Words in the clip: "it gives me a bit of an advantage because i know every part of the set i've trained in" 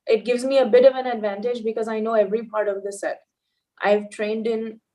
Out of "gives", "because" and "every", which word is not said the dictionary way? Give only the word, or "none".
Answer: none